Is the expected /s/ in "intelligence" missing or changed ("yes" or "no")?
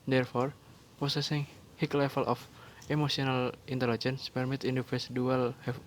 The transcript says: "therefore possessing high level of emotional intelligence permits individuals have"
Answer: no